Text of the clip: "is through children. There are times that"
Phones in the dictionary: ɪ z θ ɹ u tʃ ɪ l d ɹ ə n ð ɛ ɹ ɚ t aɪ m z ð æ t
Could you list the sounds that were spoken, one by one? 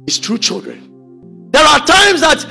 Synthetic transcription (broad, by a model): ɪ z t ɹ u tʃ ɪ l d ɹ ə n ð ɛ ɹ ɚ t aɪ m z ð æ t